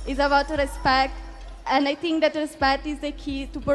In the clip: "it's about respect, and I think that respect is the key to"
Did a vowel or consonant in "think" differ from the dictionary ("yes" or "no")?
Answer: yes